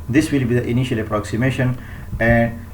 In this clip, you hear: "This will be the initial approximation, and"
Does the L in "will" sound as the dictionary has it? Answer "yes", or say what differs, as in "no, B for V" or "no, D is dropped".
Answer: yes